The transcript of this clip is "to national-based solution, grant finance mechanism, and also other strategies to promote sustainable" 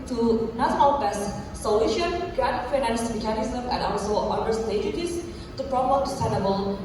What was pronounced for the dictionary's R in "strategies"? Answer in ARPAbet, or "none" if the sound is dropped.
none